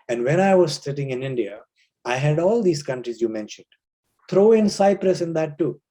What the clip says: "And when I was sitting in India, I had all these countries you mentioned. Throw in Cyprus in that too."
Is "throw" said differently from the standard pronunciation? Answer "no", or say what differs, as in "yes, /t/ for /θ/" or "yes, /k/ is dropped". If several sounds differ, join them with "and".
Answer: yes, /t/ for /θ/